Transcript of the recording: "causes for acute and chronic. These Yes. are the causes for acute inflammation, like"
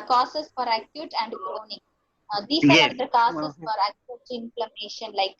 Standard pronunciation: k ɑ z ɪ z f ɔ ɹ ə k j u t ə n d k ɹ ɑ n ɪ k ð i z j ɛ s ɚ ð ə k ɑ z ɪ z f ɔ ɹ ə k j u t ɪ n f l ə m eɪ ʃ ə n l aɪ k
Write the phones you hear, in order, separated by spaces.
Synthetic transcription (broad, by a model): k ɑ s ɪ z f ɔ ɹ ə k j u t ə n d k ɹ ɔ n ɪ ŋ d i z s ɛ ɚ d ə k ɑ s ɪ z f ɔ ɹ ə k j u t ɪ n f l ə m eɪ ʃ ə n l aɪ k